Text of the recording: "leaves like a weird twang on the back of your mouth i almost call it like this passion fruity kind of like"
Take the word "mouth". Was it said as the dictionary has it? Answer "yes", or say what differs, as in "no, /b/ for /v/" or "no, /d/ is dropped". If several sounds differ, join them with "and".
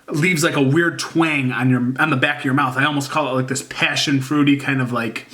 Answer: yes